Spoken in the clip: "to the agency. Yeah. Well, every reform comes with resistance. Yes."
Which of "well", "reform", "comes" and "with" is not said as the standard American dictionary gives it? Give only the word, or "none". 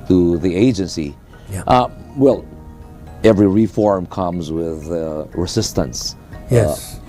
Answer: none